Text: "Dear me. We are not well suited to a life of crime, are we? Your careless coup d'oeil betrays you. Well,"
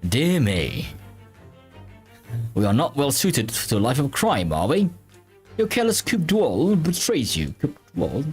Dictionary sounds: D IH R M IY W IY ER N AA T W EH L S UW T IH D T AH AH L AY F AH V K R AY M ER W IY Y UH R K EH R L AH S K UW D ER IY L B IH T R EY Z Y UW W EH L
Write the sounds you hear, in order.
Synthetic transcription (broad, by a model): D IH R M IY W IY ER N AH T W EH L S UW T IH D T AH AH L AY F AH V K R AY M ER W IY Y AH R K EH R L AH S K UW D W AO L B IH T R EY Z Y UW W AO L